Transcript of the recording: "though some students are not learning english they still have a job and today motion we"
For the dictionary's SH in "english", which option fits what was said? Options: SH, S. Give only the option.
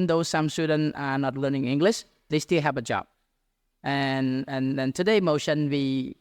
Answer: SH